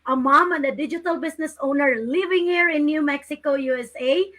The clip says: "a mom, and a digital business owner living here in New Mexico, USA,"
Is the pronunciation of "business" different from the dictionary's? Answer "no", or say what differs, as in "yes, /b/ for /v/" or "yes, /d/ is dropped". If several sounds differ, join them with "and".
yes, /s/ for /z/